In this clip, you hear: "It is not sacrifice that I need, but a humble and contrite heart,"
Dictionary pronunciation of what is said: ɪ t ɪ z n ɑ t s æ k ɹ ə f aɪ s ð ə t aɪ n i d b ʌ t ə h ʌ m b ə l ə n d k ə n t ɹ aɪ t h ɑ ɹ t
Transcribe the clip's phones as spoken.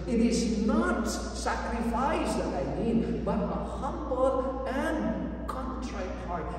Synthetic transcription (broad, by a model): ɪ t ɪ z n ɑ t s æ k ɹ ə f aɪ s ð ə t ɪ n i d b ʌ t ə h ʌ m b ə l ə n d k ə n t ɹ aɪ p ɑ ɹ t